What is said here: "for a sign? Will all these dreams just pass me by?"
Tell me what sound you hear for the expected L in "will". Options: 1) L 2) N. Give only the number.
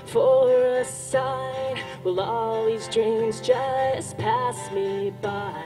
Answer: 1